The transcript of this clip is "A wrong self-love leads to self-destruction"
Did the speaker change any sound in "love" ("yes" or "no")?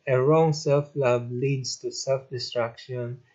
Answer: yes